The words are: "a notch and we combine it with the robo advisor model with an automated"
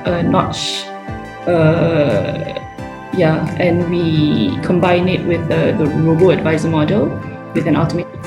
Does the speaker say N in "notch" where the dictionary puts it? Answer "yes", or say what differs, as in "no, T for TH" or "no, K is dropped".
yes